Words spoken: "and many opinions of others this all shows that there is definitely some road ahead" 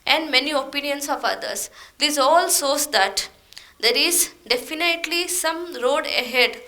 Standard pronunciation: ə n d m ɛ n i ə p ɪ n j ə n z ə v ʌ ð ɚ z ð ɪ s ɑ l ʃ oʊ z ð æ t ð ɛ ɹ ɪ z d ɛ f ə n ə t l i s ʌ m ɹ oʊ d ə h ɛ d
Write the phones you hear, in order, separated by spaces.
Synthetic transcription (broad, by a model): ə n d m ɛ n i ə p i n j ə n s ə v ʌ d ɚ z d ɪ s ɑ l s oʊ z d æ t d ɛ ɹ ɪ z d ɛ f ə n ə t l i s ʌ m ɹ oʊ d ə h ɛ d